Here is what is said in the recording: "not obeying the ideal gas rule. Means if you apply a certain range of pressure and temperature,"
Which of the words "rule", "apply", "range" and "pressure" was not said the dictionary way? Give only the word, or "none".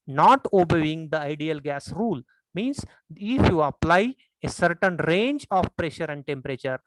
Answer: none